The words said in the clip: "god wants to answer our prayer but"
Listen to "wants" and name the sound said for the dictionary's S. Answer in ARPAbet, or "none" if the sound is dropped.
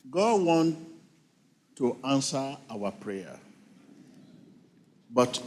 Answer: none